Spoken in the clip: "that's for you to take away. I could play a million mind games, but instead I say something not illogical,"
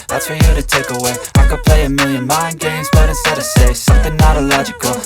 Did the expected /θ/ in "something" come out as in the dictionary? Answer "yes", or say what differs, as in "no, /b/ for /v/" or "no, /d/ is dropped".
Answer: yes